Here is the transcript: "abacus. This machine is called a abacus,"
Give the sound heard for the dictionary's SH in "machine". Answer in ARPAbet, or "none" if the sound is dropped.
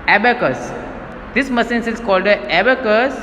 S